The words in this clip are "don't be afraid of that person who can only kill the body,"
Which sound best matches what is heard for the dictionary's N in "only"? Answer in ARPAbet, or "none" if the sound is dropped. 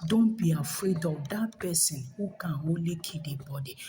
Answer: none